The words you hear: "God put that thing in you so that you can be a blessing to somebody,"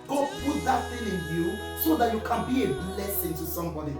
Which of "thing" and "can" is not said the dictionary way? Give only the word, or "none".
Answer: thing